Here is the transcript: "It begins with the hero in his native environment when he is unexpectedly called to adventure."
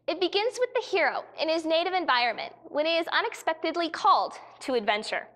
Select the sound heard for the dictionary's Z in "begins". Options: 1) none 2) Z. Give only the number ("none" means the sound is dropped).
2